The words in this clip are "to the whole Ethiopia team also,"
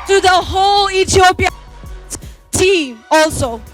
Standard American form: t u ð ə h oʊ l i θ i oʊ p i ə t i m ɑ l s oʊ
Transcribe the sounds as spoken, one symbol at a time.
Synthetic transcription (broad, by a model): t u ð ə h oʊ l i t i oʊ p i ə t i m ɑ l s oʊ